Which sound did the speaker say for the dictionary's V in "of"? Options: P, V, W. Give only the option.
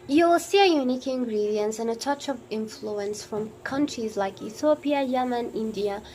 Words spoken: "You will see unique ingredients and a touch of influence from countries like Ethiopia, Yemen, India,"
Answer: V